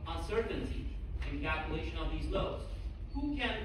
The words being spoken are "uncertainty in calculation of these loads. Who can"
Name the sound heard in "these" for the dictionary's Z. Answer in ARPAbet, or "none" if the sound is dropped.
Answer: Z